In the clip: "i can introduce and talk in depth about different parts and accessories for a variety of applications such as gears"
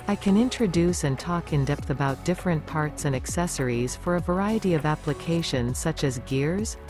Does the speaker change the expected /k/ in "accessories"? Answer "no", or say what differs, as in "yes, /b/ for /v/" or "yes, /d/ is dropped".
no